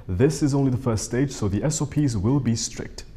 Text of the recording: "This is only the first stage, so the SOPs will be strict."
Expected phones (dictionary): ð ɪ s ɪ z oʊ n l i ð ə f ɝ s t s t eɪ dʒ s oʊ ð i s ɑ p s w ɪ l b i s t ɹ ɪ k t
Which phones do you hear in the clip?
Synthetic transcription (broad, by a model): ð ɪ s ɪ z oʊ n l i ð ə f ɝ s t s t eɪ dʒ s oʊ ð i s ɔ p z w ɪ l b i s t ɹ ɪ k t